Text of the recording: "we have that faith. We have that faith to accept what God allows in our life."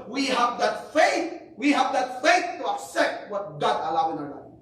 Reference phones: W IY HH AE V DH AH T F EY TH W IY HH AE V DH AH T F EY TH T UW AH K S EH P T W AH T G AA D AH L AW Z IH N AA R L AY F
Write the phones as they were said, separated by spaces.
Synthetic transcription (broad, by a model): W IY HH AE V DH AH T F EY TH W IY HH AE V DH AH T F EY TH T UW AH K S EH P T W AH T G AA D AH L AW IH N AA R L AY